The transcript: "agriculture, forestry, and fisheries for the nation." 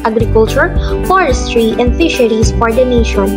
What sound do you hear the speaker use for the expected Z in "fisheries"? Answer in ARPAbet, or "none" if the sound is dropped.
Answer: S